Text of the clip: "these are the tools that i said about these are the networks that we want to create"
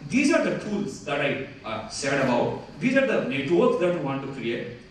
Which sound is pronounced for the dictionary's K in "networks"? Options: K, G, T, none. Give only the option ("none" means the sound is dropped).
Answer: none